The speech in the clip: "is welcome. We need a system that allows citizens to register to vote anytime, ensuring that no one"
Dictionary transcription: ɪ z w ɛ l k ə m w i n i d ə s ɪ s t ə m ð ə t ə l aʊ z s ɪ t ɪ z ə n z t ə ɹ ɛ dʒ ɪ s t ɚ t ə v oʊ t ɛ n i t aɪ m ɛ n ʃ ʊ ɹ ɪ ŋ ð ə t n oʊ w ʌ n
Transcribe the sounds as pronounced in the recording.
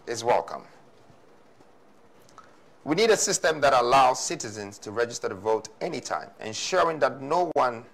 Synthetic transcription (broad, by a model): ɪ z w ɛ l k ə m w i n i d ə s ɪ s t ə m ð ə t ə l aʊ z s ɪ t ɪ z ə n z t ə ɹ ɛ dʒ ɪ s t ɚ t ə v oʊ t ɛ n i t aɪ m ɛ n ʃ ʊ ɹ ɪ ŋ ð ə t n oʊ w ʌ n